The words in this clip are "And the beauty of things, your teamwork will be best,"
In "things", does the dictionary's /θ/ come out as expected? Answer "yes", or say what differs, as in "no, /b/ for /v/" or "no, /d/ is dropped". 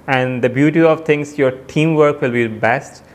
no, /t/ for /θ/